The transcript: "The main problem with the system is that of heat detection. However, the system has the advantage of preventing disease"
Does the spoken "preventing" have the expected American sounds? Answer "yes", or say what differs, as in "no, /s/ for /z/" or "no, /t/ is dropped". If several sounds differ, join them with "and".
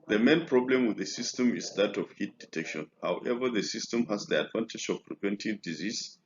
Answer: no, /w/ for /v/